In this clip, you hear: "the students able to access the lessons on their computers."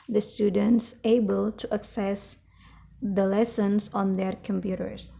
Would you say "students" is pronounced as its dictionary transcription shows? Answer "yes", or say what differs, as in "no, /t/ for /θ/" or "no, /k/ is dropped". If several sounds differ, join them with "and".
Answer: yes